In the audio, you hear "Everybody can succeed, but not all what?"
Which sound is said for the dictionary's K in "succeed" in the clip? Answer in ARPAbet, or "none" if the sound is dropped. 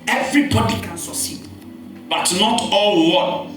none